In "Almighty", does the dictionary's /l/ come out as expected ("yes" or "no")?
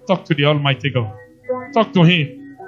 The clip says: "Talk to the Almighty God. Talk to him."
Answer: yes